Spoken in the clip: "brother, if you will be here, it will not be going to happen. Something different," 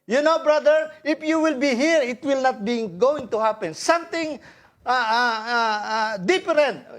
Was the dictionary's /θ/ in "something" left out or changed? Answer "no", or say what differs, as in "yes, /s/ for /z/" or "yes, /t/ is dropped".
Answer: yes, /t/ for /θ/